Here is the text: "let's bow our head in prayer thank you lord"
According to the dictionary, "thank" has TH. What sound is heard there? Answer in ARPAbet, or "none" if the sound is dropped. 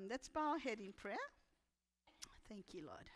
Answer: TH